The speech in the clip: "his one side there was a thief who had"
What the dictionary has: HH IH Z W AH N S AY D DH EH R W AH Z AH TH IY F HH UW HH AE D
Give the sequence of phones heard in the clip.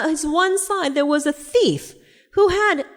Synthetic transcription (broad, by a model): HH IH Z W AH N S AY D DH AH R W AH Z AH TH IY F HH UW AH D